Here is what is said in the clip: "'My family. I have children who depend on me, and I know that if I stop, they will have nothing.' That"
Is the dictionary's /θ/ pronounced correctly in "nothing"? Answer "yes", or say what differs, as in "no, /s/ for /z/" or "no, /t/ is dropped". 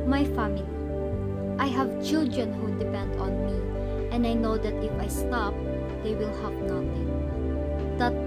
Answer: no, /t/ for /θ/